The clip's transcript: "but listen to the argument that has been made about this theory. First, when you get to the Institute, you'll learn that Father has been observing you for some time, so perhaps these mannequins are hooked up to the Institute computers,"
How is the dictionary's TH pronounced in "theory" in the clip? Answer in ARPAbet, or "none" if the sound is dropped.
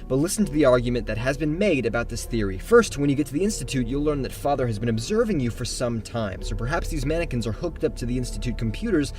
TH